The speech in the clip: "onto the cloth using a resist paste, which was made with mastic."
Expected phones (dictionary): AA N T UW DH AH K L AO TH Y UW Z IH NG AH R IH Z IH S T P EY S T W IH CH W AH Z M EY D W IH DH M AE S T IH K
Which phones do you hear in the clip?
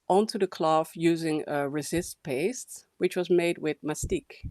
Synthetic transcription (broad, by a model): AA N T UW DH AH K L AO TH Y UW Z IH NG AH R IH Z IH S T P EY S T W IH CH W AH Z M EY D W IH DH M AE S T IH K